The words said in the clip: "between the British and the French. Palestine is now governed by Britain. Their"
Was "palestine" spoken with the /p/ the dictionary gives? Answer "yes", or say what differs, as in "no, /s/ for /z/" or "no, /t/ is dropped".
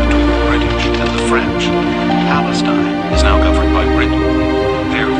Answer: yes